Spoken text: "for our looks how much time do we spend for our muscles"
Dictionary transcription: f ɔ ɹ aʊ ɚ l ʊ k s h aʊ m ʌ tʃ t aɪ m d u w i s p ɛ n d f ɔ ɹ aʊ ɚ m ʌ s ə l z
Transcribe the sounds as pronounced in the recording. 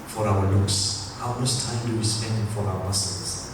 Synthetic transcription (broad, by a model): f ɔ ɹ aʊ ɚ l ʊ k s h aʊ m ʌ s t aɪ m d u w i s p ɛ n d f ɔ ɹ aʊ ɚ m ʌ s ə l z